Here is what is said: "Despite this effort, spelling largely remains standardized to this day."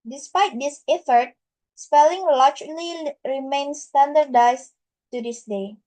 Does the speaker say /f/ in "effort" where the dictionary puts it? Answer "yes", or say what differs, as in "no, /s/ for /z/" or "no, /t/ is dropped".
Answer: yes